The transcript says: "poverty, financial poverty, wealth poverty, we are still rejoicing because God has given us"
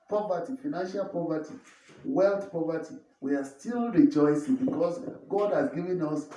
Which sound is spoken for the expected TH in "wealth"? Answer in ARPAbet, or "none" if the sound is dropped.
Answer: T